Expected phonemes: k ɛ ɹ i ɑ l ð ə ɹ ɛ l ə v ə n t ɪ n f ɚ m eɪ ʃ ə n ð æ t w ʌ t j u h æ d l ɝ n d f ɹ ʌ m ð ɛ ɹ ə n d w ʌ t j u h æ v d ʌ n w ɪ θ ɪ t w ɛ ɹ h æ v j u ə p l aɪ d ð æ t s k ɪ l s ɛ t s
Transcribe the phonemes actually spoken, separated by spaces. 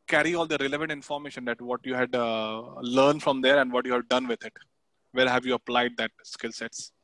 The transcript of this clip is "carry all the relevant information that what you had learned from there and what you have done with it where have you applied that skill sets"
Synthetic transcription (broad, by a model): k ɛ ɹ i ɑ l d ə ɹ ɛ l ə v ə n t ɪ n f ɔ m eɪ ʃ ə n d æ t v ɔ t j u h æ d l ɝ n d f ɹ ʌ m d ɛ ɹ ə n d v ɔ t j u h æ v d ʌ n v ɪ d ɪ t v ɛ l h æ v j u ə p l aɪ d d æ t s k ɪ l s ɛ t s